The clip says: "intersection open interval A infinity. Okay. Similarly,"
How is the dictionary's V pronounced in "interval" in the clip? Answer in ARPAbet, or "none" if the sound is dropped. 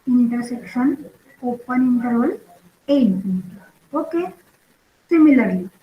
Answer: none